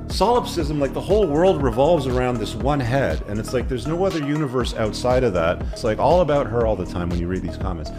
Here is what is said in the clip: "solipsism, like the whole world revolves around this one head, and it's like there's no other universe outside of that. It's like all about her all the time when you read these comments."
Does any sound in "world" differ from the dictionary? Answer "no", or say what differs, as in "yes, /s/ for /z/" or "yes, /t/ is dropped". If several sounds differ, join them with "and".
no